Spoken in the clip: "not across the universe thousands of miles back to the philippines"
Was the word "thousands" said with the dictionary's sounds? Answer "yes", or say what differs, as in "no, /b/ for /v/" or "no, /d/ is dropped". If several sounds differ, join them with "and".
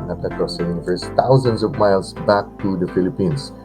no, /t/ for /θ/